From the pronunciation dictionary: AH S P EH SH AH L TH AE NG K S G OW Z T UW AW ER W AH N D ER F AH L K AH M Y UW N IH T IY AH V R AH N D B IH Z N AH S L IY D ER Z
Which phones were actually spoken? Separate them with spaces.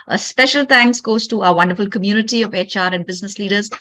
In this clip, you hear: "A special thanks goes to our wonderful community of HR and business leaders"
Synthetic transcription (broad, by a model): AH S P EH SH AH L T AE NG K S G OW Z T UW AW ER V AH N D ER F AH L K AH M Y UW N IH T IY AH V R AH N D B IH Z N AH S L IY D ER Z